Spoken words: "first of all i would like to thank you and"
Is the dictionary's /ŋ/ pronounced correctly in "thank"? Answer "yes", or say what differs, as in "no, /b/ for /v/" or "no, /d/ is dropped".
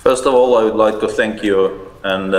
yes